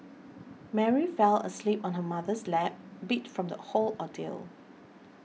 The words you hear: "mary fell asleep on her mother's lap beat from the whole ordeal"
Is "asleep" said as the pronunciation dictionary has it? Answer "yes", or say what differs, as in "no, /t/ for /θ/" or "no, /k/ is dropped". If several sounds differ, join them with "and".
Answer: yes